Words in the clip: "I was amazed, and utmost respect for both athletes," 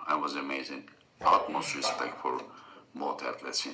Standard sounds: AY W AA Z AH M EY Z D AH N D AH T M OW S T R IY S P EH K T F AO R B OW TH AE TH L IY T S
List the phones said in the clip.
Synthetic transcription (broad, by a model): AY W AA Z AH M EY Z AH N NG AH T M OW S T R IY S P EH K T F AO R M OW T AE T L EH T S